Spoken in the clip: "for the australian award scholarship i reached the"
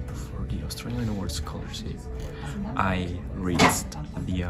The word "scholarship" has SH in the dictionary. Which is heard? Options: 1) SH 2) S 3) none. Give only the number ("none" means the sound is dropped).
2